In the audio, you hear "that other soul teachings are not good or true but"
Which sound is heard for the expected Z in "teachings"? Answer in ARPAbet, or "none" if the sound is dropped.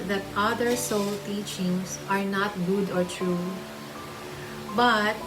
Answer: S